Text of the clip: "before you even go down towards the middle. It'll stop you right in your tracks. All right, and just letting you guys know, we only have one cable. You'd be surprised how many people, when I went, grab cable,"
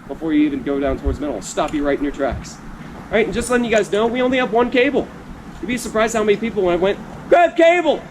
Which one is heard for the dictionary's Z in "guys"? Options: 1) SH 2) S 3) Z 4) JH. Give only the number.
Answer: 3